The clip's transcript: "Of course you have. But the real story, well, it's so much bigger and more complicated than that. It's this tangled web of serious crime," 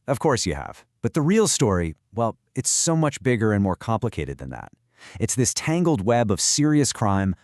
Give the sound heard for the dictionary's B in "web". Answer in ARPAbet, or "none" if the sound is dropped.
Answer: B